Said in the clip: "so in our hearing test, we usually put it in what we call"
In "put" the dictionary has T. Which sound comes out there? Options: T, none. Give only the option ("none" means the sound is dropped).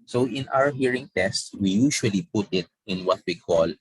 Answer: T